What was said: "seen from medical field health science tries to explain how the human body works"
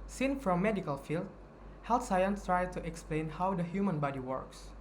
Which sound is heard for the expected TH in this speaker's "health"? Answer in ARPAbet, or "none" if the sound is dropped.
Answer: T